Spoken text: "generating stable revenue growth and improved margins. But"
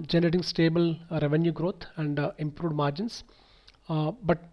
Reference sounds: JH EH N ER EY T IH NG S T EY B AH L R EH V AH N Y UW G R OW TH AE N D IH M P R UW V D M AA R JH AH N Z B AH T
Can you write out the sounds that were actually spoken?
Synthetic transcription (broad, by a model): JH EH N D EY T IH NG S T EY B AH L R EH V AH N Y UW G R OW T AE N D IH M P R UW D M AA R JH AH N S B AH T